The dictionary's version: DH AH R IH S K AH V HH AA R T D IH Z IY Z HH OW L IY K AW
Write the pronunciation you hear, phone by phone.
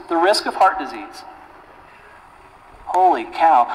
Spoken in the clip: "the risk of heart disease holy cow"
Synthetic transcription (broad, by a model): DH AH R IH S K AH V HH AA R T D IH Z IY Z HH OW L IY K AW